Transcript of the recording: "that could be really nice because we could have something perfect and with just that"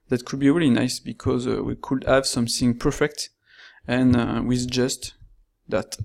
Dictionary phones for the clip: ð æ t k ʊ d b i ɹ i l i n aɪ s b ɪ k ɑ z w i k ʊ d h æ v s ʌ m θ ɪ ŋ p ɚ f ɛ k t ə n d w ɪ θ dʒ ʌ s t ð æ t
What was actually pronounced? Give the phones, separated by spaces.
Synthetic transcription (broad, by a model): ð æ t k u d b i ɹ i l i n aɪ s b ɪ k ɑ z w i k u d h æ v s ʌ m θ ɪ ŋ p ɚ f ɛ k t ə n w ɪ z dʒ ʌ s t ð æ t